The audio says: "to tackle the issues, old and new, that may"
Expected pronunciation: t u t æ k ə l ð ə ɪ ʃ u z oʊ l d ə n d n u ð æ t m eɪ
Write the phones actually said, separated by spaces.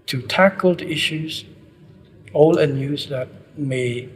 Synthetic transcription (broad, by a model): t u t æ k ə l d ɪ ʃ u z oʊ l ə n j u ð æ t m eɪ